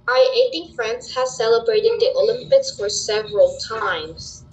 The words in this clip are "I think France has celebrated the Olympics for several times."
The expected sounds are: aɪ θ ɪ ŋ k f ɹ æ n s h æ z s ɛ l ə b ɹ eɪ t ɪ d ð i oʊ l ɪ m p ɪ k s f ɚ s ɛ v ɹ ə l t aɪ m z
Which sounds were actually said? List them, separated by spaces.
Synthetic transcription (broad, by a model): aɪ t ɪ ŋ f ɹ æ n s h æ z s ɛ l ə b ɹ eɪ t ɪ d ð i oʊ l ɪ m p ɪ k s f ɚ s ɛ v ɹ ə l t aɪ m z